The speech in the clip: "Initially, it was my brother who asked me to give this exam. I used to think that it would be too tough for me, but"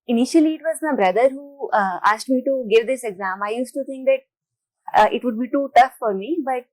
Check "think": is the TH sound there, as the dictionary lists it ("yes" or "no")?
no